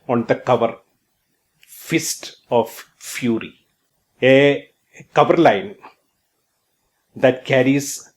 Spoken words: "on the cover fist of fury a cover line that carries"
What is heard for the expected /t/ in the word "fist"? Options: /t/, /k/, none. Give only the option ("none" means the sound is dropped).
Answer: /t/